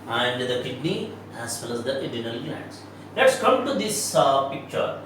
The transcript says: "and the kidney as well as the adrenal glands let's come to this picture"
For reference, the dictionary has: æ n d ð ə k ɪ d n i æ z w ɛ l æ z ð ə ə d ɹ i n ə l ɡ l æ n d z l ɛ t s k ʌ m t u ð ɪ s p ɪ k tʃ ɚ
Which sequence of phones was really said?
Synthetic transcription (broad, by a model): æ n d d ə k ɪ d n i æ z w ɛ l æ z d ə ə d i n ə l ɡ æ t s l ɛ t s k ʌ m t u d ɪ s p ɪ k tʃ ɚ